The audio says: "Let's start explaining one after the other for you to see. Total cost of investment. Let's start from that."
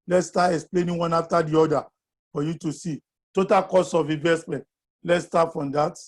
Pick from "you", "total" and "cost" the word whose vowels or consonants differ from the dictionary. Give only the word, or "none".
cost